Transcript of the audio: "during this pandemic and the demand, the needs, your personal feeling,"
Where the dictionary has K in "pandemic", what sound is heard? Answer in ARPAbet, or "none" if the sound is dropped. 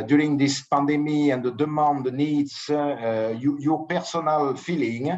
none